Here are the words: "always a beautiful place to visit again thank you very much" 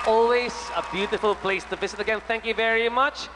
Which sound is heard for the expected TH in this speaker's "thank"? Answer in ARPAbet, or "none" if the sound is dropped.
TH